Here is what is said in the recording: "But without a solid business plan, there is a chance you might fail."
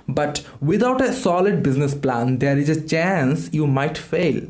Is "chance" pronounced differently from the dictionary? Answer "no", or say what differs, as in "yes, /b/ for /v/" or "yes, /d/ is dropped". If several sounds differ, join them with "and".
no